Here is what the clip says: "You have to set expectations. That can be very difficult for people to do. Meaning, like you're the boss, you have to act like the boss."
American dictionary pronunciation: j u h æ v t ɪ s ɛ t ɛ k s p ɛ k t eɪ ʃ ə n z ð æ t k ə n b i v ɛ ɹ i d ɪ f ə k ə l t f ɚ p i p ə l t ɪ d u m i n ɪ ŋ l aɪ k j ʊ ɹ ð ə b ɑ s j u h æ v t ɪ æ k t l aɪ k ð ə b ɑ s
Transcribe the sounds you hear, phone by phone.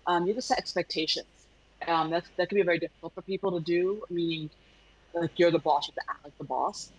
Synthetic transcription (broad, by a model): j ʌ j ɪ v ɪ s ɛ t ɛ k s p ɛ k t eɪ ʃ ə n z ð æ t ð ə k b i v ɛ ɹ i d ɪ f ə k l t f ɚ p i p l t ɪ d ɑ m i n ɪ ŋ l aɪ k j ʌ ɹ ð ə b ɑ s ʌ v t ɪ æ t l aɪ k ð ə b ɑ s